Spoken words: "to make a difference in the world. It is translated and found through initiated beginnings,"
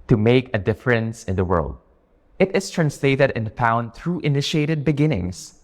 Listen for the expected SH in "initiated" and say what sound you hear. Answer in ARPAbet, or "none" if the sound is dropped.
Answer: SH